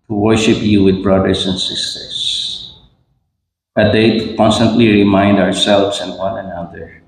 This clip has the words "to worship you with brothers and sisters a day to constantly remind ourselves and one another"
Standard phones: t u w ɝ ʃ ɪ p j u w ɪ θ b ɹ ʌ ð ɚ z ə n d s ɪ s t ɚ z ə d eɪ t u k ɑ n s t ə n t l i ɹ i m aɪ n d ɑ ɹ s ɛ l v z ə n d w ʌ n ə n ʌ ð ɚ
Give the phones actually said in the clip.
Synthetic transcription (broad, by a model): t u w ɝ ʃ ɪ p j u w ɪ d b ɹ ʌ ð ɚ s ə n d s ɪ s t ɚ s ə d eɪ t u k ɑ n s t ə n t l i ɹ i m aɪ n d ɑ ɹ s ɛ l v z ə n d w ʌ n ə n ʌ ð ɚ